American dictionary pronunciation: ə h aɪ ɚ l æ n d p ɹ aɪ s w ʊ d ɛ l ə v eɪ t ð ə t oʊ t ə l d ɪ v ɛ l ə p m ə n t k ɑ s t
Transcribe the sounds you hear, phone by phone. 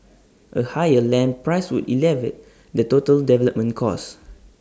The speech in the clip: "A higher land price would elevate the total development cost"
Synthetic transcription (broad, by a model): ə h aɪ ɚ l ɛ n p ɹ aɪ s w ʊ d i l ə v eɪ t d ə t oʊ t ə l d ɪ v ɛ l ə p m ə n k ɑ s